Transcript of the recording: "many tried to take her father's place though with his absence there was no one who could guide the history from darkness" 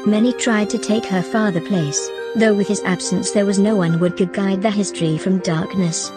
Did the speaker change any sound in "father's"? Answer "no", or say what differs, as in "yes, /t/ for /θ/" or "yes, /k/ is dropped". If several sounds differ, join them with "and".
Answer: yes, /z/ is dropped